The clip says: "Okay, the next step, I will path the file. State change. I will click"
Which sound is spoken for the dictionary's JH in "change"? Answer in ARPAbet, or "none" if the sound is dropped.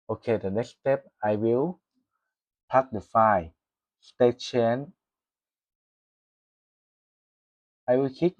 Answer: none